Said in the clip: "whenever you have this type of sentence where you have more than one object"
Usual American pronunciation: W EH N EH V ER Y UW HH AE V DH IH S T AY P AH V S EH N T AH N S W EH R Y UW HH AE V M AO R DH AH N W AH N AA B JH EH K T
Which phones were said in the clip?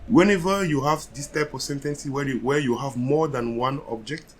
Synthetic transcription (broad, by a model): W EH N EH V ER Y UW HH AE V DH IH S T AY P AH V S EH N T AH N S W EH W Y UW HH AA V M AO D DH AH N W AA N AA B JH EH K T